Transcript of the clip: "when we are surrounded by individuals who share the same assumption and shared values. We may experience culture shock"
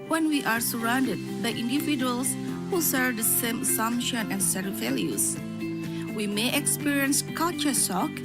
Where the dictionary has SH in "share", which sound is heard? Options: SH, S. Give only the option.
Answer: S